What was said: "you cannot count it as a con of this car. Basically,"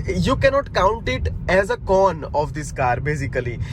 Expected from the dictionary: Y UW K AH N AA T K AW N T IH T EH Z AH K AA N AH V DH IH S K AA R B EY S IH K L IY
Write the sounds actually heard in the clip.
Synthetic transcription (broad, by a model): Y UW K AH N AA T K AW N T IH T EH Z AH K AA N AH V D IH S K AA R B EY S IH K L IY